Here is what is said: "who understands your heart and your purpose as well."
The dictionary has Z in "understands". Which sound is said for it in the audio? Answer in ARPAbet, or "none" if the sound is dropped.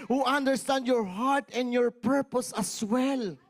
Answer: none